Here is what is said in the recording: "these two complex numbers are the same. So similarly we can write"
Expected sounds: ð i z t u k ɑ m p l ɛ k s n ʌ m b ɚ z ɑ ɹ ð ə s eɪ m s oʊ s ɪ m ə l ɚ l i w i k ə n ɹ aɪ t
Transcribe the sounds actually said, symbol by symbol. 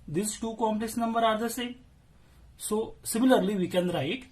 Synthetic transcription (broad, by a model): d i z t u k ɑ m p l ɛ k s n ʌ m b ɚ ɑ ɹ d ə s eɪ s oʊ s ɪ m ə l ɚ l i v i k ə n ɹ aɪ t